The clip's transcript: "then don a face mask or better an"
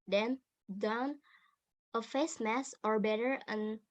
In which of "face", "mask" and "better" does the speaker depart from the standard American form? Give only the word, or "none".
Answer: mask